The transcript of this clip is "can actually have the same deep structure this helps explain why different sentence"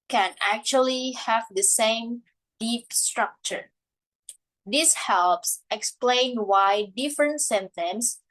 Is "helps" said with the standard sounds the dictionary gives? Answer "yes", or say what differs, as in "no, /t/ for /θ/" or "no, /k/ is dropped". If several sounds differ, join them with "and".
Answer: yes